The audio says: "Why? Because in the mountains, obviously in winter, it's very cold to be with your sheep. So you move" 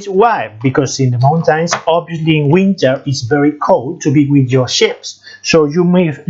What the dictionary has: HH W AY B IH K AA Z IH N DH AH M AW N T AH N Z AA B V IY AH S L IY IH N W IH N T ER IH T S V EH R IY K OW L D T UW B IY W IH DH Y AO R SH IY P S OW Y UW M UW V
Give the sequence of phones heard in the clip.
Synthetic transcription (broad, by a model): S W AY B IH K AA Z IH N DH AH M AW N T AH N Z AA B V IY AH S L IY IH N W IH N T ER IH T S V EH R IY K OW L D T UW B IY W IH DH Y AO R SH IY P S OW Y UW M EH